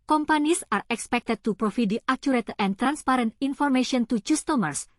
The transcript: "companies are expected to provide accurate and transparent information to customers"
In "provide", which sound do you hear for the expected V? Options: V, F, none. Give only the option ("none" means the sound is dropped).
F